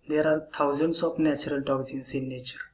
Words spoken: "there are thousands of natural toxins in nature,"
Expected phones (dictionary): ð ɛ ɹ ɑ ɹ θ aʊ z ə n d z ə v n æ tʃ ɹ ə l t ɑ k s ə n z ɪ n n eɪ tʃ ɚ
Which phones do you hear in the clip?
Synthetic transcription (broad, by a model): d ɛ ɹ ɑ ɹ t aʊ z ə n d s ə p n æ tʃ ɹ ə l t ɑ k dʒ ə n s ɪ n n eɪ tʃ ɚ